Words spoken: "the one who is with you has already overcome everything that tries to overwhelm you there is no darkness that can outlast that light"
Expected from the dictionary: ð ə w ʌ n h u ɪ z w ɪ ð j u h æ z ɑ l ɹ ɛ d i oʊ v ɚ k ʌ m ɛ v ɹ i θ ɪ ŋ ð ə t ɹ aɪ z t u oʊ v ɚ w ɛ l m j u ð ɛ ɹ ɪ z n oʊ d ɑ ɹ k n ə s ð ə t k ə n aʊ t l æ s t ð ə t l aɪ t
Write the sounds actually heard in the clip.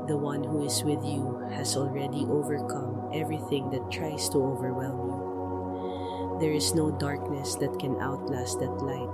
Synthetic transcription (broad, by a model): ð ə w ʌ n h u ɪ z w ɪ ð j u h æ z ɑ l ɹ ɛ d i oʊ v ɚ k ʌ m ɛ v ɹ i θ ɪ ŋ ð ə t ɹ aɪ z t u oʊ v ɚ w ɛ l m j u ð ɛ ɹ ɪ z n oʊ d ɑ ɹ k n ə s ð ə t k ə n aʊ t l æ s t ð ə t l aɪ t